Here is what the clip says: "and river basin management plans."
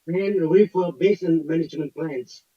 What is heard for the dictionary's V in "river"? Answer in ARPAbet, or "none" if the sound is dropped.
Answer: F